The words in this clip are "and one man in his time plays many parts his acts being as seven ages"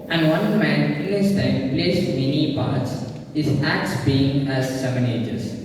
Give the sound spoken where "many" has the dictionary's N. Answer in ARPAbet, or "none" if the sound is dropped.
N